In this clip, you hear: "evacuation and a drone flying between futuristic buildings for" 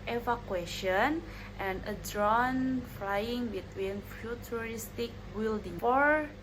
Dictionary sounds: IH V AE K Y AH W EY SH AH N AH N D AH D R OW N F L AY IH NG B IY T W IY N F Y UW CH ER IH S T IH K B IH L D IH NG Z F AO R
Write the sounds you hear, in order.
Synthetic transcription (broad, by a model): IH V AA K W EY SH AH N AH N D AH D R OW N F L AY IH NG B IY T W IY N F Y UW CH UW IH S T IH K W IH L D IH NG F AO R